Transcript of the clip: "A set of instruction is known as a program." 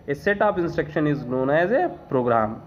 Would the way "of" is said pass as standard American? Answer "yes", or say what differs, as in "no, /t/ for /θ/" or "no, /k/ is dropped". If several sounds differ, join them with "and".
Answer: no, /p/ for /v/